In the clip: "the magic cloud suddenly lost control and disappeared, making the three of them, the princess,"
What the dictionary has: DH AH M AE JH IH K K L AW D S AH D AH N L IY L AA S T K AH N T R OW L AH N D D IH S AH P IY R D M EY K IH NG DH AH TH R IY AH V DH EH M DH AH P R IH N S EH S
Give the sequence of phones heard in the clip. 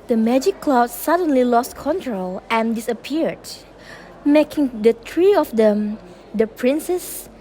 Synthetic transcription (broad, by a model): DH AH M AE JH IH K K L AW D S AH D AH N L IY L AA S T K AH N T R OW L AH N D D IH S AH P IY R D M EY K IH NG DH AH T R IY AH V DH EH M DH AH P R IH N S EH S